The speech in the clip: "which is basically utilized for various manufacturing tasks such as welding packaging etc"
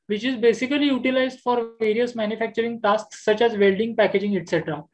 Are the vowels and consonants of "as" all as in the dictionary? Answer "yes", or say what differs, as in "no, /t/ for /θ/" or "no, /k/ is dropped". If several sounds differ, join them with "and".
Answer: yes